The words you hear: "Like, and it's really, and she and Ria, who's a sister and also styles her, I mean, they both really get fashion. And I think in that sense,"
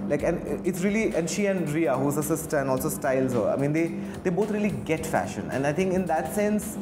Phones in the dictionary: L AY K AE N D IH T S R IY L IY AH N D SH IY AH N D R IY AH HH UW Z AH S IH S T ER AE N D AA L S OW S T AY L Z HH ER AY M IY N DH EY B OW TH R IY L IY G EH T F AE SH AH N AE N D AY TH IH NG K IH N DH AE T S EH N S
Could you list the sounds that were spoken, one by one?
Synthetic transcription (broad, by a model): L AY K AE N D IH T S R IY L IY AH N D SH IY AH N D R IY AH HH UW Z AH S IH S T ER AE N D AA L S OW S T AY L Z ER AY M IY N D EY B OW T R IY L IY G EH T F AE SH AH N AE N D AY T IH NG K IH N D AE T S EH N S